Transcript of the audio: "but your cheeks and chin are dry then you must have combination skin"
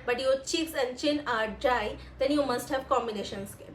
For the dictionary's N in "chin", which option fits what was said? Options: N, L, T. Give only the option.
N